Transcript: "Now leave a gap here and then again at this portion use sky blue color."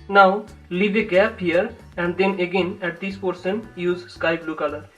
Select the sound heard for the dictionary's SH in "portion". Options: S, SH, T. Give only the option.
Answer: S